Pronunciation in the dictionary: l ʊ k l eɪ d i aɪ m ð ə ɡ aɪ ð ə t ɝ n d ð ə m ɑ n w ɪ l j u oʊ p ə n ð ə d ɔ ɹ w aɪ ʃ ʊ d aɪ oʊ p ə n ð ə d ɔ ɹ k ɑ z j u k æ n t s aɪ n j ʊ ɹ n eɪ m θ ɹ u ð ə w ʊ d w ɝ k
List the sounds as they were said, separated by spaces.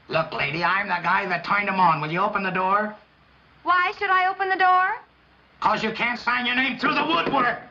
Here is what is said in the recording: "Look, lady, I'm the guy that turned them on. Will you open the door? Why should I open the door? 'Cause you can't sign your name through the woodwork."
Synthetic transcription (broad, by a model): l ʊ k l eɪ d i aɪ m ð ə ɡ aɪ ð ə t ɝ n d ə m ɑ n w ɪ l j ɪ oʊ p ə n ð ə d ɔ ɹ w aɪ ʃ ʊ d aɪ oʊ p ə n ð ə d ɔ ɹ k ɑ z j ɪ k æ n t s aɪ n j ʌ ɹ n eɪ m θ ɹ u ð ə w ʊ d w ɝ